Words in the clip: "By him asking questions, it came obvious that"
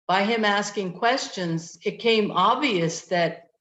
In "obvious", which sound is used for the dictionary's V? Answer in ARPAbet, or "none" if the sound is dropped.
V